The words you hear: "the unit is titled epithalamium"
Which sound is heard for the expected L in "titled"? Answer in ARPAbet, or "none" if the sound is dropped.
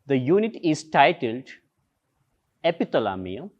L